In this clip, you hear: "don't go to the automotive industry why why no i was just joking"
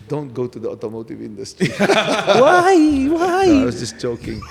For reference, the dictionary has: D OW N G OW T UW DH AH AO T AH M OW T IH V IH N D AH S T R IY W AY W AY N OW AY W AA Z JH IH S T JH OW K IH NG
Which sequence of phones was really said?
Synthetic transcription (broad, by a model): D OW N G OW T UW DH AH AO T AH M OW T IH V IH N D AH S T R IY W AY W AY AY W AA S JH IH S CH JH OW K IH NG